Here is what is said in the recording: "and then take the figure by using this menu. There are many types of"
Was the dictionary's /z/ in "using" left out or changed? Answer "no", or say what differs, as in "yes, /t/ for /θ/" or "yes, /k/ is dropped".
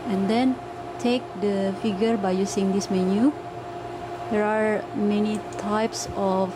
yes, /s/ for /z/